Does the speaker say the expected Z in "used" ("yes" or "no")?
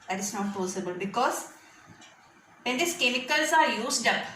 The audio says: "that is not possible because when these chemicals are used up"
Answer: no